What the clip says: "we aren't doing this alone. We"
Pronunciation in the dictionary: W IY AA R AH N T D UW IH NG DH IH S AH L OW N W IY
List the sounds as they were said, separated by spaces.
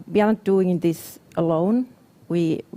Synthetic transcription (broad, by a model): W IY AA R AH T D UW IH NG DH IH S AH L OW N W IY